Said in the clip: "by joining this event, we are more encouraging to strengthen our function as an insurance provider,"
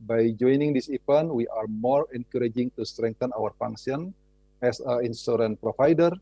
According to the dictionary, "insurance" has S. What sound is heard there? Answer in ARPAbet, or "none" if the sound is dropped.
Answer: none